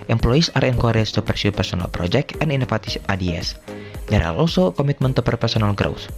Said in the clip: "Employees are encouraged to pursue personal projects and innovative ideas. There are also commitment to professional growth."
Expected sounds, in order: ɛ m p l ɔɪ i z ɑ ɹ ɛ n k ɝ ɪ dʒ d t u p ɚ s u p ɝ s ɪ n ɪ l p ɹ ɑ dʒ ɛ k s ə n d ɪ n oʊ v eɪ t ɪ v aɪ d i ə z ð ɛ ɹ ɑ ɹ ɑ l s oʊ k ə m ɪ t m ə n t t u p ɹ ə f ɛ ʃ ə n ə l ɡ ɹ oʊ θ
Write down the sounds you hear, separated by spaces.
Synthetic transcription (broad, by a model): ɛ m p l ɔɪ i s ɑ ɹ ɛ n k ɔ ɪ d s t u p ɚ s u p ɝ s ɪ n ɪ l p ɹ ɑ dʒ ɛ k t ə n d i n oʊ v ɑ t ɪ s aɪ d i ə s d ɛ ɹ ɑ l ɑ l s oʊ k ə m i t m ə n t t u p ɹ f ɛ s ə n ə l ɡ ɹ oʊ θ